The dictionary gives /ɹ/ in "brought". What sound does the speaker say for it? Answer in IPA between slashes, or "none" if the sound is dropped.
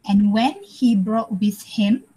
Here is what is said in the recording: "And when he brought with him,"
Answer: /ɹ/